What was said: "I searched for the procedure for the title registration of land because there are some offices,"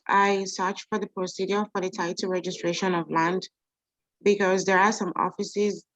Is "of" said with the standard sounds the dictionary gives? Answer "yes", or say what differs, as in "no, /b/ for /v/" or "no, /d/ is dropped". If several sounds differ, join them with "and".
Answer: yes